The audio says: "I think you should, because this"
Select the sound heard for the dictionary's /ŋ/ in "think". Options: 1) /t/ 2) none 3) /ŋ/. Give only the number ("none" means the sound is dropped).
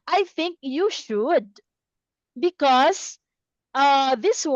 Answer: 3